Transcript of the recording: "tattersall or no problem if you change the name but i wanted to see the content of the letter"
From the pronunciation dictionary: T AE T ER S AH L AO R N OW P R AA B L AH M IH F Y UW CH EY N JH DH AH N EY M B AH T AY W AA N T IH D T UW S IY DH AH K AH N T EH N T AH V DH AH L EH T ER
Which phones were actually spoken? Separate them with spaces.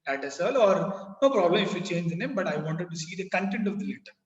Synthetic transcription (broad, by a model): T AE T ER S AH L AO R N OW P R AA B L AH M IH F Y UW CH EY N JH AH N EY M B AH T AY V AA N T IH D T UW S IY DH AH K AH N T EH N T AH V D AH L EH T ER